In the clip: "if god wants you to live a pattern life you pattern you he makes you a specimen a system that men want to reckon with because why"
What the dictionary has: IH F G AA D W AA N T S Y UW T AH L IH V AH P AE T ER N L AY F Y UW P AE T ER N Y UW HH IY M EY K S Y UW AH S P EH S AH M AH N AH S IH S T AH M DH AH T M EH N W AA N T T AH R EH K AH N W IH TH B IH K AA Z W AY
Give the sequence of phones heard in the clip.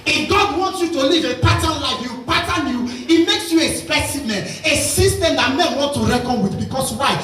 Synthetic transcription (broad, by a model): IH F G AA D W AA N T S Y UW T AH L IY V AH P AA T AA N L AY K Y UW P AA T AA N Y UW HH IY M EY K S Y UW AH S P EH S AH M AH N AH S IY S T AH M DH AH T M EH N W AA N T T AH R EH K AH N W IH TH B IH K AA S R AY